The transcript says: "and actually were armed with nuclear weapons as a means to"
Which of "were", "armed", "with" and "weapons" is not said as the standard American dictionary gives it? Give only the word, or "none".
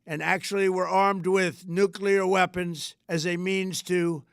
none